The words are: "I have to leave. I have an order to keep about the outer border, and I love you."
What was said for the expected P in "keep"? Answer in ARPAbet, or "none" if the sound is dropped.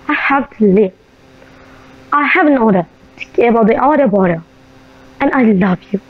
none